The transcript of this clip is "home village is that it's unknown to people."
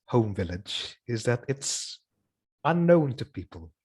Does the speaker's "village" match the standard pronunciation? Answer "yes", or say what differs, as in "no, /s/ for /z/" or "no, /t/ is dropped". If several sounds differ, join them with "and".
yes